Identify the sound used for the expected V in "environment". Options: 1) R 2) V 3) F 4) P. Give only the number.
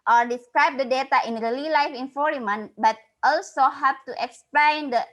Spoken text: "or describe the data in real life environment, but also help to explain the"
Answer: 3